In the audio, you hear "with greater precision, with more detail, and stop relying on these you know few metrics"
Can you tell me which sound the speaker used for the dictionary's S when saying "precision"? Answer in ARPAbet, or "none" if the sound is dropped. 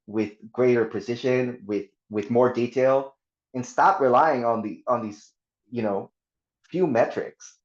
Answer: SH